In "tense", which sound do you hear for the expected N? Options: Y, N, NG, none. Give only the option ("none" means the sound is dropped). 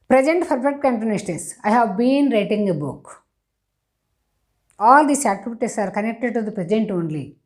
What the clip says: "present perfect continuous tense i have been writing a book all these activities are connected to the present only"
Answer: none